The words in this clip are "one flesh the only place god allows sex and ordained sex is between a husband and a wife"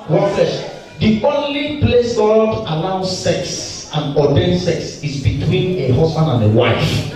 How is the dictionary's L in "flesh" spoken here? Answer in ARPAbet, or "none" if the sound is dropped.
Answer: none